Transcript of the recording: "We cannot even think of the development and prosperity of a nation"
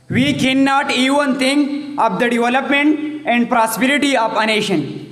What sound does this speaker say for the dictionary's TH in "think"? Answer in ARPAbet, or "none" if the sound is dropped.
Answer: T